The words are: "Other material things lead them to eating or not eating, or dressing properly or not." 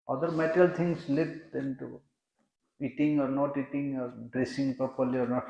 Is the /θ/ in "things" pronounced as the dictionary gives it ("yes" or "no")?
no